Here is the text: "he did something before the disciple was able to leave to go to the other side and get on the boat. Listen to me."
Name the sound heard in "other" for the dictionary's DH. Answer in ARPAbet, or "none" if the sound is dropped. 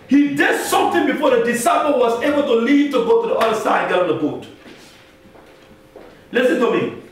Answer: none